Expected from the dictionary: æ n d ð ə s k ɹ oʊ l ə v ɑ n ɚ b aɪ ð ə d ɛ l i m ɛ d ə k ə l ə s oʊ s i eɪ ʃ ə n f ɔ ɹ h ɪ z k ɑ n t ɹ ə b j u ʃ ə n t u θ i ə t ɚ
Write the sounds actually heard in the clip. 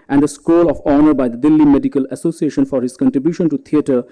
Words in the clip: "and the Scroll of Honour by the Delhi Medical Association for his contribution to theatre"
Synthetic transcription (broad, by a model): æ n d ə s k oʊ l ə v ɑ n ɚ b aɪ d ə d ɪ l i m ɛ d ə k ə l ə s oʊ s i eɪ ʃ ə n f ɔ ɹ h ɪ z k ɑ n t ɹ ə b j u ʃ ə n t u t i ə t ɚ